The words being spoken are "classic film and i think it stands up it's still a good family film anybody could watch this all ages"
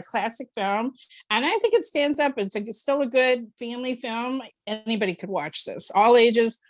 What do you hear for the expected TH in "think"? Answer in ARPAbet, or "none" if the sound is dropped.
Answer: TH